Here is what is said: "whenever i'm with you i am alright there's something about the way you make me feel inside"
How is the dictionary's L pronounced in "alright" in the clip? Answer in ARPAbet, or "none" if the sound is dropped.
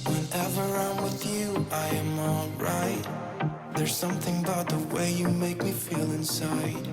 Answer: L